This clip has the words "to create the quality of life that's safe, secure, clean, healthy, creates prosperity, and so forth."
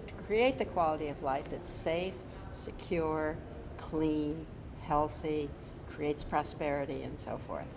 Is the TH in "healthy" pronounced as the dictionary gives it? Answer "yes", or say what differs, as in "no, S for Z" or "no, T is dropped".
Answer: yes